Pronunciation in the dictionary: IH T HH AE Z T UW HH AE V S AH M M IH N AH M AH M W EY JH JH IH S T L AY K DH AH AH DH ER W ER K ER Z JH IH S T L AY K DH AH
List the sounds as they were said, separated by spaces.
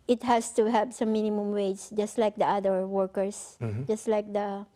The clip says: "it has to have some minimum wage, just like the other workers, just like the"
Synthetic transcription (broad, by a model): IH T HH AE S T UW HH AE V S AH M M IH N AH M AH M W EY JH JH IH S T L AY K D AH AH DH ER W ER K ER S JH IH S T L AY K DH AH